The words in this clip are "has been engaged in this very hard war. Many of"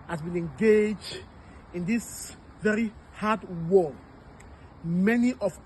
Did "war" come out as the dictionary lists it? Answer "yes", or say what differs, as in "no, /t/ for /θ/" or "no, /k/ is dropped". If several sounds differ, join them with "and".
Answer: no, /l/ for /ɹ/